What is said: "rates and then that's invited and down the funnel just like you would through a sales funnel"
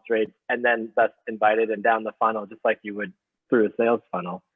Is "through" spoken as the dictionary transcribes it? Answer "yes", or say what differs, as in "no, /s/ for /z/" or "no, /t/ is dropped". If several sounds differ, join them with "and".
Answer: yes